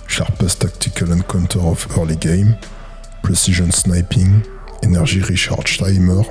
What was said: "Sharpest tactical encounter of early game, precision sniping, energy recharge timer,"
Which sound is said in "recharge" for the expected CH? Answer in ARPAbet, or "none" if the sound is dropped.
SH